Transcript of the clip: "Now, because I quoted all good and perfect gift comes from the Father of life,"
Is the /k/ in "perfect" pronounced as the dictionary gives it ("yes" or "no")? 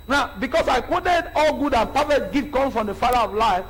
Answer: no